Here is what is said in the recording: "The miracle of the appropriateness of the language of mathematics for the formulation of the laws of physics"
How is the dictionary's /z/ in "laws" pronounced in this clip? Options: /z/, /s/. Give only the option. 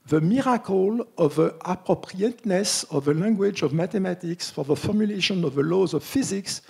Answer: /z/